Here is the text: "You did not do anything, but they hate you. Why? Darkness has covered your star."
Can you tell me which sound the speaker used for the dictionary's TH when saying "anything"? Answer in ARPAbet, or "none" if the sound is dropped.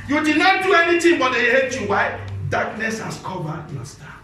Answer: T